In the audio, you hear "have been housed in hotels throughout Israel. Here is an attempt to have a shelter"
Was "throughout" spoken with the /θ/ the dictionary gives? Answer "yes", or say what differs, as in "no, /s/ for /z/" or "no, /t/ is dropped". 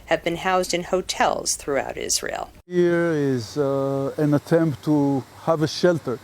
yes